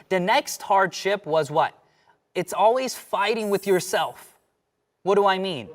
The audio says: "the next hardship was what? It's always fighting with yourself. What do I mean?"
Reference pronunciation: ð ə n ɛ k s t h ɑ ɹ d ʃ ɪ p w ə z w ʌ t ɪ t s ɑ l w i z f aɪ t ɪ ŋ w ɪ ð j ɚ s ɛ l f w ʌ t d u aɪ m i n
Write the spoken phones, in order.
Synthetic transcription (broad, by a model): ð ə n ɛ k s t h ɑ ɹ d ʃ ɪ p w ə z w ʌ t ɪ t s ɑ l w i z f aɪ t ɪ ŋ w ɪ ð j ɚ s ɛ l f w ʌ t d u aɪ m i n